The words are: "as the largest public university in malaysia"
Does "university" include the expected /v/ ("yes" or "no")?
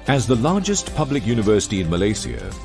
yes